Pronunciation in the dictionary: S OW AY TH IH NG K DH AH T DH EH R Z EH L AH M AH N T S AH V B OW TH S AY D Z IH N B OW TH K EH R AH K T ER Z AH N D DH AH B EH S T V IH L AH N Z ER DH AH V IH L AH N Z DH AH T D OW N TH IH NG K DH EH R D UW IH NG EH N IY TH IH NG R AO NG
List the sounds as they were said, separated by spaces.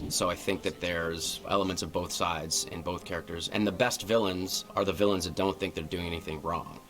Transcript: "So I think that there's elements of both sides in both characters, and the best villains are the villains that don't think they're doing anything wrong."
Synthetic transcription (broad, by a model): S OW AY TH IH NG K DH AH T DH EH R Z EH L AH M AH N T S AH V B OW TH S AY D Z IH N B OW TH K EH R AH K T ER Z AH N DH AH B EH S T V IH L AH N Z ER DH AH V IH L AH N Z DH AH T D OW N TH IH NG K DH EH R D UW IH NG EH N IY TH IH NG R AO NG